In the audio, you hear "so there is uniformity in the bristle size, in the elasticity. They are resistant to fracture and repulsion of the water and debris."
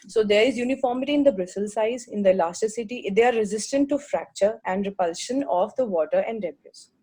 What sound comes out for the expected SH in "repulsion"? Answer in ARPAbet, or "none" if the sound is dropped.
SH